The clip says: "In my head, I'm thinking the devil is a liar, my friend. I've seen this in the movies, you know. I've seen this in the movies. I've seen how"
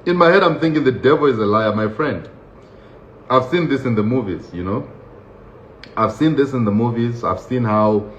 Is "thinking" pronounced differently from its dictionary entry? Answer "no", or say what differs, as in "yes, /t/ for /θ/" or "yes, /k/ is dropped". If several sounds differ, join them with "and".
no